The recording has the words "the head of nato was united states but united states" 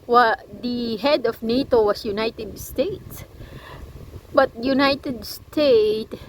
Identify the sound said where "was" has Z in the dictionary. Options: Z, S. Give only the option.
S